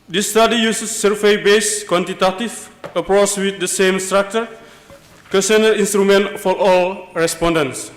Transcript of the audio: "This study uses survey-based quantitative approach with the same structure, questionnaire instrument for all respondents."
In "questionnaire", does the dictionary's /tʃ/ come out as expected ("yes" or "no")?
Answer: no